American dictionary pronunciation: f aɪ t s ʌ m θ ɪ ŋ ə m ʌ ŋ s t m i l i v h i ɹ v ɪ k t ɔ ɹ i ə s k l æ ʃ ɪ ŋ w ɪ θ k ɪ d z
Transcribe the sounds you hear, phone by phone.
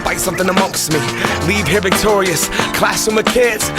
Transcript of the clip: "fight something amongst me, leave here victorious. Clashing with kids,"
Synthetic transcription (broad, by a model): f aɪ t s ʌ m θ ɪ ŋ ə m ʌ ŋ s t m i l i v h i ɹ v ɪ k t ɔ ɹ i ə s k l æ s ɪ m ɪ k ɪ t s